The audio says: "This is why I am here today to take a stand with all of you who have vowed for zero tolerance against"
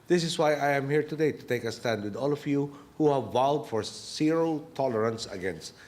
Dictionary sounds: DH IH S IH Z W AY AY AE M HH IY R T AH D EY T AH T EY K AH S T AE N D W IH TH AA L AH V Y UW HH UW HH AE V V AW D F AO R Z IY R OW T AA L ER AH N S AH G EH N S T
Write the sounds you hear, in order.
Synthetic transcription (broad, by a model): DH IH S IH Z W AY AY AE M HH IY R T AH D EY T AH T EY K AH S T AE N D W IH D AA L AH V Y UW HH UW HH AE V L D F AO R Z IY R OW T AA L ER AH N S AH G EH N S T